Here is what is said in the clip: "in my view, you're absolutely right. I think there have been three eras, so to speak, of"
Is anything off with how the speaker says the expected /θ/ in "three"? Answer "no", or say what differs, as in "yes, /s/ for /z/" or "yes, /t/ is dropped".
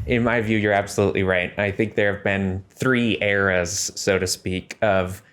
no